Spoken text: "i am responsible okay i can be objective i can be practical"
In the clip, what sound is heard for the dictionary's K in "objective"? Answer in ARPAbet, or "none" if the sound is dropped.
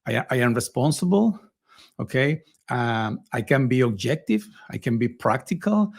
K